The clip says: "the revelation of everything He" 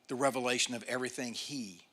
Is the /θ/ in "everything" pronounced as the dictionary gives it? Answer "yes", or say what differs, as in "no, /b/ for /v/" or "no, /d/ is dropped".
yes